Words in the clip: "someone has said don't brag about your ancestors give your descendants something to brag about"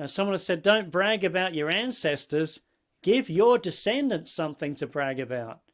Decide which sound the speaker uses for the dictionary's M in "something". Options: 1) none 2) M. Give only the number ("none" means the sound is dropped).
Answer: 2